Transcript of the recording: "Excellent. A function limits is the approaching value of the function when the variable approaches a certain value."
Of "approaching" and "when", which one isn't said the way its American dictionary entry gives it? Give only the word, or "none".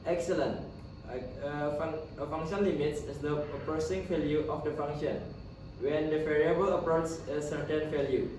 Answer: approaching